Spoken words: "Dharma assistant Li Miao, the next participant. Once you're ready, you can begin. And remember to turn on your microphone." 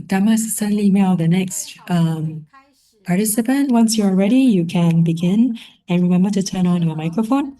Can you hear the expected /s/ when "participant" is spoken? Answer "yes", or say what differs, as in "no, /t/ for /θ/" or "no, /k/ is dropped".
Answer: yes